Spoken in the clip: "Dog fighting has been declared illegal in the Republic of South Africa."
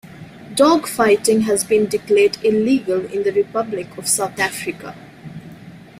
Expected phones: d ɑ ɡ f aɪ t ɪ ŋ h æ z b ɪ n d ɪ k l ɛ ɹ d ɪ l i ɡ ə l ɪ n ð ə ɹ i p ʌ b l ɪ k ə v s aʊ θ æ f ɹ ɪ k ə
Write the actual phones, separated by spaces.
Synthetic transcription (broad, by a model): d ɑ ɡ f aɪ t ɪ ŋ h æ z b ɪ n d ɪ k l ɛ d ɪ l i ɡ ə l ɪ n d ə ɹ i p ʌ b l ɪ k ə v s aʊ t æ f ɹ ɪ k ə